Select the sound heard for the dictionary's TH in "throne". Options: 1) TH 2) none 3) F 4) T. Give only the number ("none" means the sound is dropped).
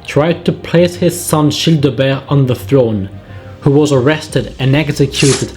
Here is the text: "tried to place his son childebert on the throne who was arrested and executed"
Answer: 1